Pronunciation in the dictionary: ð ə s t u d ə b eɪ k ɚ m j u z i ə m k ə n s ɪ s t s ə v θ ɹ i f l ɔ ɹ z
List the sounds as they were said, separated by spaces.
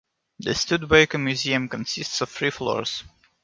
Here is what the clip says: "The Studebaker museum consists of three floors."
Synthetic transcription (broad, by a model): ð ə s t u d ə ɪ k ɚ m j u z i ə m k ə n s ɪ s t s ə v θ ɹ i f l ɔ ɹ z